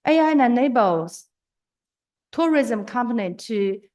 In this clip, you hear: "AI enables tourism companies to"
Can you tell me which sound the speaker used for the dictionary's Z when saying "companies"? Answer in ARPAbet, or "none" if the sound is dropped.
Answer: none